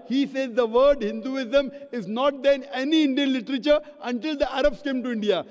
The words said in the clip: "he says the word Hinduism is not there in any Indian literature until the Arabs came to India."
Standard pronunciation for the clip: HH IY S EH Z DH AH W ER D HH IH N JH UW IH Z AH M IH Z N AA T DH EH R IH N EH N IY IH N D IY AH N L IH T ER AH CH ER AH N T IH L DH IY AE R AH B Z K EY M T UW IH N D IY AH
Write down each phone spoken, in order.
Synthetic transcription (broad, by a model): HH IY S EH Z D AH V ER D HH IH N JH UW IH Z AH M IH Z N AA T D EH N EH N IY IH N D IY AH N L IH T ER AH CH ER AH N T IH L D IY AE R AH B S K EY M T UW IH N D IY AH